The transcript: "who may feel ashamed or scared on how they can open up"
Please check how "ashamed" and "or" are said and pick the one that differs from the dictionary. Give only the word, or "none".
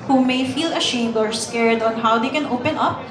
none